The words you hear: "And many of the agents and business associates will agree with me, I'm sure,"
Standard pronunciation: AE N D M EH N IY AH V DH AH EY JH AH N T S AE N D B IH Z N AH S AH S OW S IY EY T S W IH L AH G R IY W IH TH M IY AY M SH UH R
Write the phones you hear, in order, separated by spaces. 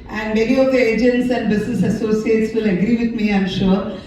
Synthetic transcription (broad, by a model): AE N D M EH L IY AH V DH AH EY JH AH N T S AE N D B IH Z N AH S AH S OW S IY EY T S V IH L AH G R IY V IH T M IY AY M SH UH R